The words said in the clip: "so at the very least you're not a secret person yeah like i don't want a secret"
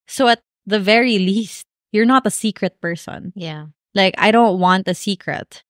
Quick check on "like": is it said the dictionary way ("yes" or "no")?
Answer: yes